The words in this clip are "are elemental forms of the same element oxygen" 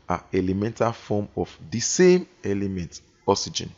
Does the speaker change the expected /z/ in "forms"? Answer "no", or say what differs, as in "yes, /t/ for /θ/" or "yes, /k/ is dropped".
yes, /z/ is dropped